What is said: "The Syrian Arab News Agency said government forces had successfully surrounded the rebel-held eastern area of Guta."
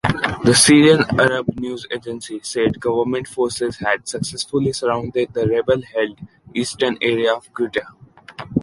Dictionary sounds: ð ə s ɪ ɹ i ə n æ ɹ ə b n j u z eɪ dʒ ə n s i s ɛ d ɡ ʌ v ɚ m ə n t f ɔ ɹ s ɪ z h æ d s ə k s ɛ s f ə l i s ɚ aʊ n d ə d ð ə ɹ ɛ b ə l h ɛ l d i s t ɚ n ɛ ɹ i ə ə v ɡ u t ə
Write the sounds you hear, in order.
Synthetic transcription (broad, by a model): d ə s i ɹ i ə n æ ɹ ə b n j u z eɪ dʒ ə n s i s ɛ d ɡ ʌ v ɚ m ə n t f ɔ ɹ s ɪ z h æ d s ə k s ɛ s f ə l i s ɚ aʊ n d ə d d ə ɹ ɛ b ə l h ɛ l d i s t ɚ n ɛ ɹ i ə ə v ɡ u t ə